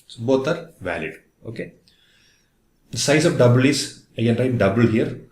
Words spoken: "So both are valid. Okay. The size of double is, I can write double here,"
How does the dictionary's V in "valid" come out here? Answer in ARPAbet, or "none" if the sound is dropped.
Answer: V